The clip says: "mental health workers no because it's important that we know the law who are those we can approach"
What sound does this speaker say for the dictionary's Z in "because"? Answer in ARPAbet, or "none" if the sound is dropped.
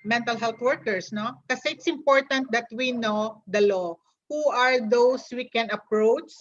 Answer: none